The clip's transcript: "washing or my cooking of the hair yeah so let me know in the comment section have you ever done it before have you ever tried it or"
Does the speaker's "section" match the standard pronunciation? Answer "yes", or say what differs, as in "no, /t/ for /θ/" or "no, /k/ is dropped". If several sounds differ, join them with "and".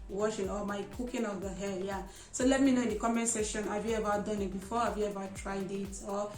no, /k/ is dropped